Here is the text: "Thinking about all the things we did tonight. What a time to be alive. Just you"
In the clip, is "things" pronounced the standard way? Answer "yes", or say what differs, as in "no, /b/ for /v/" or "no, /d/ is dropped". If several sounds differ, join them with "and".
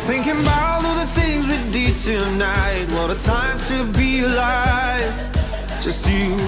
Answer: yes